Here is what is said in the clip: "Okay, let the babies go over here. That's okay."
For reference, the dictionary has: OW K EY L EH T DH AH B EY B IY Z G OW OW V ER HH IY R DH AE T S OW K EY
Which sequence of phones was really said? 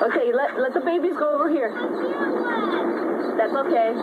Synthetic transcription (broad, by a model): OW K EY L EH T DH AH B EY B IY Z G OW OW V ER HH IY R DH AE T S OW K EY